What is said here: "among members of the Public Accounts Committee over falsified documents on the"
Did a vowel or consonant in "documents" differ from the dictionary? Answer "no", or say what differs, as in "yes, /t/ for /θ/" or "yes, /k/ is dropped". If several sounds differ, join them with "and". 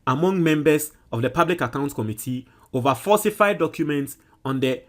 no